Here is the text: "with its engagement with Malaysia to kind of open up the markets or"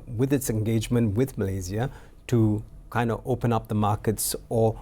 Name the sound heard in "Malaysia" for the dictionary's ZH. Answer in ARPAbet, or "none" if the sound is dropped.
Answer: Z